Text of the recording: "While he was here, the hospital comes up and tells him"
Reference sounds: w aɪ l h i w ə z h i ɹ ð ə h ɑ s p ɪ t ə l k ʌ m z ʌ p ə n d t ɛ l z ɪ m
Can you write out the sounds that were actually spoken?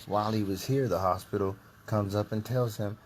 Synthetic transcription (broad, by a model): w aɪ l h i w ə z h i ɹ ð ə h ɑ s p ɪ t l k ʌ m z ʌ p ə n t ɛ l z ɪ m